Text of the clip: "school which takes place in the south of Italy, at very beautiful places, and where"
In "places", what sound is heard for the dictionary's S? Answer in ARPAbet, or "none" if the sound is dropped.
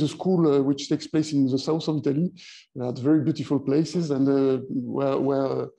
S